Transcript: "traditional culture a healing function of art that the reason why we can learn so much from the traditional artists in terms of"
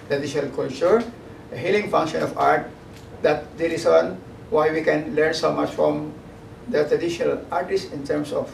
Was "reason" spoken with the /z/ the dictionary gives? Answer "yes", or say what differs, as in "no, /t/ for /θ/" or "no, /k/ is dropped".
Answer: no, /s/ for /z/